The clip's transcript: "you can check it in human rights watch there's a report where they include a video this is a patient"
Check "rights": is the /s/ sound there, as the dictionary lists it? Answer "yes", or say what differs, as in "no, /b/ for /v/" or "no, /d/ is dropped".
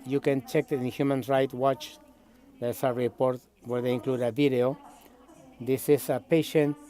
no, /s/ is dropped